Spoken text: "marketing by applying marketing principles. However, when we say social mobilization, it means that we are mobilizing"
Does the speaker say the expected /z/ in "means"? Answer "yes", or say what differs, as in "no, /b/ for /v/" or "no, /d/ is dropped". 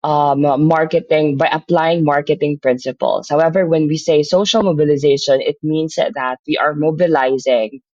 no, /s/ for /z/